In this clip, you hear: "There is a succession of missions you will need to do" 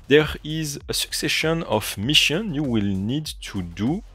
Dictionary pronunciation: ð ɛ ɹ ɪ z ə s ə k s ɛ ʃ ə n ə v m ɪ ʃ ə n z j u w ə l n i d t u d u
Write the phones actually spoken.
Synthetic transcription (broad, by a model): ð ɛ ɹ ɪ z ə s ə k s ɛ ʃ ə n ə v m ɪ ʃ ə n j u w ə l n i d t u d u